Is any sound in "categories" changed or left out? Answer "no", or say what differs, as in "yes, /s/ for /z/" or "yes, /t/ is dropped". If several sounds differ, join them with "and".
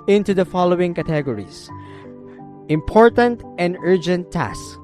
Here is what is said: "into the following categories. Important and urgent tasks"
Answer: yes, /s/ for /z/